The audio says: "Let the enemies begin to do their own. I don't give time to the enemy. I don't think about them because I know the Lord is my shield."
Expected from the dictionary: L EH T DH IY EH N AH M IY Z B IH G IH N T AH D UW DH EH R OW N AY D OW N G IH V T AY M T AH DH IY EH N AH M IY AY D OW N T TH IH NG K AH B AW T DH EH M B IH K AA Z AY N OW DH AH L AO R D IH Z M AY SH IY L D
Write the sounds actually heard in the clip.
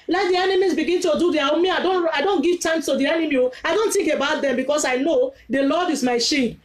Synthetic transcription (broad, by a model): L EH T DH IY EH N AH M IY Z B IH G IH N T AH D UW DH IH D OW N AY D OW N G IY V T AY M T AH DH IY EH N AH M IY AY D OW N T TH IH NG K AH B AW T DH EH M B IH K AA S AY N OW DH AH L AO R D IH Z M AY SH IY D